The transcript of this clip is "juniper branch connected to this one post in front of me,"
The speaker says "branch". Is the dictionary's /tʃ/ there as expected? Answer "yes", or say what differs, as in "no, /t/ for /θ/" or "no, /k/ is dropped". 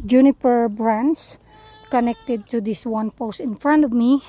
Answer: no, /s/ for /tʃ/